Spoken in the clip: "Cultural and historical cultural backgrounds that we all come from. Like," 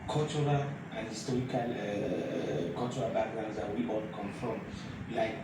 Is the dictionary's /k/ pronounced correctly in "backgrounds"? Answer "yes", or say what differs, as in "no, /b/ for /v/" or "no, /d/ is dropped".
no, /k/ is dropped